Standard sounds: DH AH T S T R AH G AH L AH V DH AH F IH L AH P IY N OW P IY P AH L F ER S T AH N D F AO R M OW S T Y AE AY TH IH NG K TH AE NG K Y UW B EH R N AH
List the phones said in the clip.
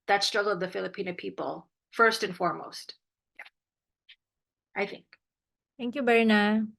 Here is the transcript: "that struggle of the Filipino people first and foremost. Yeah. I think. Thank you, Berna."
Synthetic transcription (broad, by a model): DH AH T S T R AH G L AH V DH AH F IH L AH P IY N OW P IY P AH L F ER S T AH N F AO R M OW S T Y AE AY TH IH NG K T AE NG K Y UW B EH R N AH